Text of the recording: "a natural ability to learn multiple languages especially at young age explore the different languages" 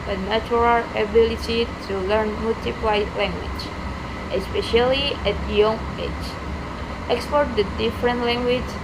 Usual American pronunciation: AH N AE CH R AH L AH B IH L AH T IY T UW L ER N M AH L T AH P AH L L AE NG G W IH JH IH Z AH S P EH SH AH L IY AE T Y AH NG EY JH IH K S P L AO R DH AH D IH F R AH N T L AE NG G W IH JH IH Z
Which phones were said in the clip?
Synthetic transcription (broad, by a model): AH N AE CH R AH L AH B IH L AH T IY T UW L ER N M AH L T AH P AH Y L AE NG G W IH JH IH AH S P EH SH AH L IY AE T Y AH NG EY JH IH K S P AO R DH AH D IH F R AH N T L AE NG G W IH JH